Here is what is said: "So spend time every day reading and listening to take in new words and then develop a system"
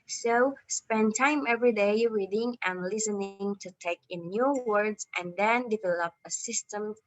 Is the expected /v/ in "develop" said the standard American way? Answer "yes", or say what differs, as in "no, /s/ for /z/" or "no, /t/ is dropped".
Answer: yes